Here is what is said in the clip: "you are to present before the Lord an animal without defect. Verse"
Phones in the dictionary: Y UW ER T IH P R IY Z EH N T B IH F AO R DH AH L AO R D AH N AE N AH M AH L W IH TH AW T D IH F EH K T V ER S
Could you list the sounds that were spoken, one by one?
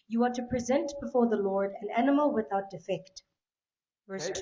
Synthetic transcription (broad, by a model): Y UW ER T IH P R IY Z EH N T B IH F AO R DH AH L AO R D AH N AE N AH M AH L W IH TH AW T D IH F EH K T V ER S